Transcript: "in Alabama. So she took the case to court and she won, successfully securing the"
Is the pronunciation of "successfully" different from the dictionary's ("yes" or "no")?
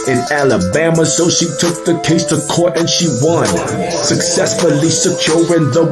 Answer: no